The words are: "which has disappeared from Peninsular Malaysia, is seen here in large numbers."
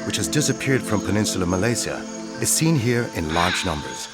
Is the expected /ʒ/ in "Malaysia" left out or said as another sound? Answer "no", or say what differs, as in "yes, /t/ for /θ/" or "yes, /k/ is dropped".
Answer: yes, /z/ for /ʒ/